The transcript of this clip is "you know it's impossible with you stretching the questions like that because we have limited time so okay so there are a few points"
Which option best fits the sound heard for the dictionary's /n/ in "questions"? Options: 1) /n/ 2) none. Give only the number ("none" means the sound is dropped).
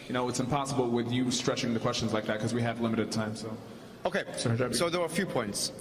1